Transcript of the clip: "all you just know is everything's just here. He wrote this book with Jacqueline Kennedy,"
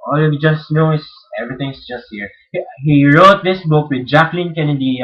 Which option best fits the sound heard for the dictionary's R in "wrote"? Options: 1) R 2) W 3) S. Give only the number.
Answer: 1